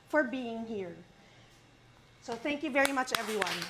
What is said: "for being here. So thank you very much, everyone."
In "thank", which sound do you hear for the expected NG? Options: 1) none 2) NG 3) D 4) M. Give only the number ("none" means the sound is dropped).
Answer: 2